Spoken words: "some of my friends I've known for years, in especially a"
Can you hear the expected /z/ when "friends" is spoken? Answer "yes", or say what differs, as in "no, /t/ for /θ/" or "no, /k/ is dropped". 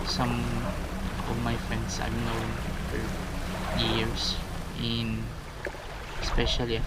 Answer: no, /s/ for /z/